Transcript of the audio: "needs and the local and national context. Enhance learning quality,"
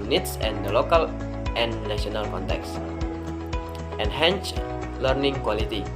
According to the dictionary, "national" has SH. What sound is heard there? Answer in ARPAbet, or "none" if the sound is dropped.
none